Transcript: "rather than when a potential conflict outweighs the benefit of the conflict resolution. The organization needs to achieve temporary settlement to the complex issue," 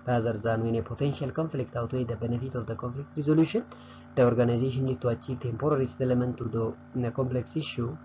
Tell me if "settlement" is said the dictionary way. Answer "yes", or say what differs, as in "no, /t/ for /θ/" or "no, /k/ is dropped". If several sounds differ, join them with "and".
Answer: no, /l/ is dropped